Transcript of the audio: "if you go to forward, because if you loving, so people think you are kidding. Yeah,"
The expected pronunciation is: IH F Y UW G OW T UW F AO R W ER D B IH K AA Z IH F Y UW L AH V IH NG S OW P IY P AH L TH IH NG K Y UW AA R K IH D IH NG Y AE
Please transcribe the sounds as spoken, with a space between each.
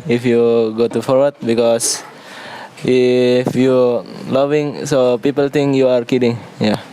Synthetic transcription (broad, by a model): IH F Y UW G OW T UW F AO R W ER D B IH K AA S IH F Y UW L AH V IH NG S OW P IY P AH L T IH NG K Y UW AA R K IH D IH NG Y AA